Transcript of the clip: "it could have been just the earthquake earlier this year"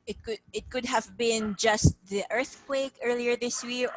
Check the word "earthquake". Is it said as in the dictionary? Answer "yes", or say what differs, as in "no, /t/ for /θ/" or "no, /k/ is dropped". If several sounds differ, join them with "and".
yes